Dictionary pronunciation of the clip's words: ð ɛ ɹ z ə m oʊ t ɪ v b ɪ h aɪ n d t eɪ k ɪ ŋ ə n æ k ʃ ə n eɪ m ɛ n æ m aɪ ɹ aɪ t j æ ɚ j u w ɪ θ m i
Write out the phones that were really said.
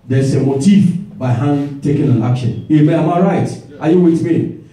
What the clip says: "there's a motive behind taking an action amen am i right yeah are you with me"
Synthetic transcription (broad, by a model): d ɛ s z ə m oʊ t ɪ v b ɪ h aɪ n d t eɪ k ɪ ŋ ə n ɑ k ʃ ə n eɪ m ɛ ɑ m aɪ ɹ aɪ t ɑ j u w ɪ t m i